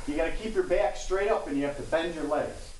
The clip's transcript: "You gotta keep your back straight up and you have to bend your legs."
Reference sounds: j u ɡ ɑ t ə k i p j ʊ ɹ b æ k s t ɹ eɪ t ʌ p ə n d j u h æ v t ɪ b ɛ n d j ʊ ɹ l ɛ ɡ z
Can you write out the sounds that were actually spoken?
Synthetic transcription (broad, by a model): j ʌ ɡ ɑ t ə k i p j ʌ ɹ b æ k s t ɹ eɪ t ʌ p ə n j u h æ f t ɪ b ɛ n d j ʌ ɹ l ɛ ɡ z